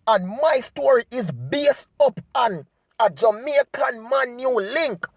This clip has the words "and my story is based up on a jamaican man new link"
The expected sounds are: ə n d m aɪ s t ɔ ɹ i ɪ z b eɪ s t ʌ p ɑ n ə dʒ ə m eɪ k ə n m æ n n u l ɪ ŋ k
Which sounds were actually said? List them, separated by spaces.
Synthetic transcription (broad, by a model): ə n m aɪ s t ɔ ɹ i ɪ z b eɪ s ʌ p ɑ n ə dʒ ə m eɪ k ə n m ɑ n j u l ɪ ŋ k